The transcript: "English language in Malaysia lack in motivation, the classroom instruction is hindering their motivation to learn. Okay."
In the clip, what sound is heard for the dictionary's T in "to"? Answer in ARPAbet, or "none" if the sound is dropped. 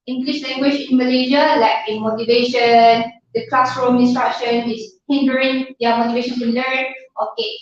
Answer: S